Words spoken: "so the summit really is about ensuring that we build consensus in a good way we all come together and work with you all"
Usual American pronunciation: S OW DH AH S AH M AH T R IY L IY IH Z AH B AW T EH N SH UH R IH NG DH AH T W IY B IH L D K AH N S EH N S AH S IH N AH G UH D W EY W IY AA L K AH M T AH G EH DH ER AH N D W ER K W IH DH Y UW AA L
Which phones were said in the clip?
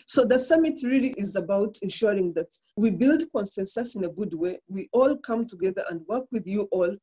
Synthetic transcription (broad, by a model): S OW DH AH S AH M AH T R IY L IY IH Z AH B AW T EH N SH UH R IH NG DH AH T W IY B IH L D K AH N S EH N S AH S IH N AH G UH D W EY W IY AA L K AH M T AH G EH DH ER AH N D W ER K W IH DH Y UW AA L